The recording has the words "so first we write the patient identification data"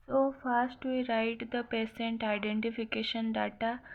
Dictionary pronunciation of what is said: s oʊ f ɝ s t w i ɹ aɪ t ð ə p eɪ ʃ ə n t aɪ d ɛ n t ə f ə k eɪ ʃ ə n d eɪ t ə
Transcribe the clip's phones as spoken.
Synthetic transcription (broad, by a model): s oʊ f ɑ s t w i ɹ aɪ t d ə p eɪ s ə n t aɪ d ɛ n t ə f ə k eɪ ʃ ə n d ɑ t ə